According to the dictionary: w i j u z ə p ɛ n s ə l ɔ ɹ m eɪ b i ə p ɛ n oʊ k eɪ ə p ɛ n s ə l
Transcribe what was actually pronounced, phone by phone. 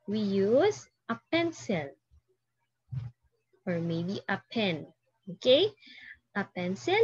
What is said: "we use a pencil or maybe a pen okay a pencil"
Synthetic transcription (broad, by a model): w i j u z ə p ɛ n s ə l ɔ ɹ m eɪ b i ə p ɛ n oʊ k eɪ ə p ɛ n s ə l